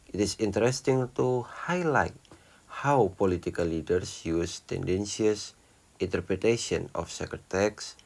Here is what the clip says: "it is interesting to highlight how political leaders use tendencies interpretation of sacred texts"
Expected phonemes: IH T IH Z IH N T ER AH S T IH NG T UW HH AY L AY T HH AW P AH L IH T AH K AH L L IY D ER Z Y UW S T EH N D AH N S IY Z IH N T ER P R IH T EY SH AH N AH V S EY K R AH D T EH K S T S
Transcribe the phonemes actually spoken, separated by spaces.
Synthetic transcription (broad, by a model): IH T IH S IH N T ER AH S T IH NG T UW HH AY L AY T HH AW P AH L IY T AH K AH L L IY D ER S Y UW S T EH N D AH N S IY S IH N T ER P R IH T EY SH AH N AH F S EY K AH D T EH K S S